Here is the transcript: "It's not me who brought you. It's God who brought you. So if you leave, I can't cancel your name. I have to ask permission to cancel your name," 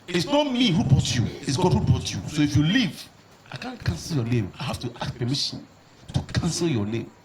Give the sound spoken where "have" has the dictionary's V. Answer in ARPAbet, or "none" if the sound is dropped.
F